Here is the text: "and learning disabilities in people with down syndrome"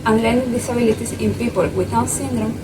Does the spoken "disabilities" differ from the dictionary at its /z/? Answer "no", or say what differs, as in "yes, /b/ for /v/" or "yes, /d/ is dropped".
yes, /s/ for /z/